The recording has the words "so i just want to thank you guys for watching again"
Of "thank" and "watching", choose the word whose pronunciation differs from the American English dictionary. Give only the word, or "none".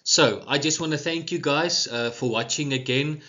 none